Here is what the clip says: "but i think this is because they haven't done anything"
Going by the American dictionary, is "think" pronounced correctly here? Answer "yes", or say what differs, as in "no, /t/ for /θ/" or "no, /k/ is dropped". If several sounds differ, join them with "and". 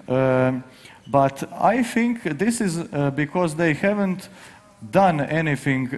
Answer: yes